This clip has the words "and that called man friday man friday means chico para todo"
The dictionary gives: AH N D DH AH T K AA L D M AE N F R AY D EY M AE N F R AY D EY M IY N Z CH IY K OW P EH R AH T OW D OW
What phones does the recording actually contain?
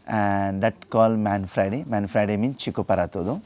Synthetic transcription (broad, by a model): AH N D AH T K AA L M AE N F R AY D EY M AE N F R AY D EY M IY N CH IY K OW P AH R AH T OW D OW